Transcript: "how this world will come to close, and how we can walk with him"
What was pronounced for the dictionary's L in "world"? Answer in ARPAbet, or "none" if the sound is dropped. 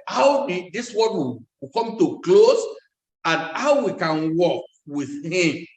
none